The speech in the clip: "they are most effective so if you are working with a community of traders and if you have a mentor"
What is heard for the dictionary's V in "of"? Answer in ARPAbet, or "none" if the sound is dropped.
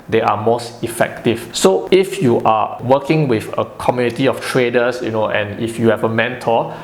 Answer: F